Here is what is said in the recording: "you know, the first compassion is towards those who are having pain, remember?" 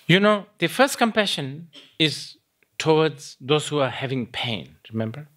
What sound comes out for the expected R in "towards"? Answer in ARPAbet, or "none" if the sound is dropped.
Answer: W